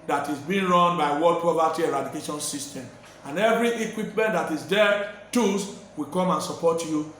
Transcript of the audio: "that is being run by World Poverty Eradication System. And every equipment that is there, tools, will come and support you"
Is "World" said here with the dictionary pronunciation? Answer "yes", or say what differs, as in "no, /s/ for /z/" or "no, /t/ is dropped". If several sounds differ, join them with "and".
no, /l/ is dropped